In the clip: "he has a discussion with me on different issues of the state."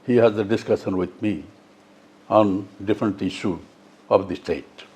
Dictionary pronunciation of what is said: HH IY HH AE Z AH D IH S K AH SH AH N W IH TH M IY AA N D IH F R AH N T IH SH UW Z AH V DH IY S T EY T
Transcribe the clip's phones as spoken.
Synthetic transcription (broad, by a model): HH IY HH AE Z AH D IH S K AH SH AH N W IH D M IY AA N D IH F R AH N T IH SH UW AH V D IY S T EY T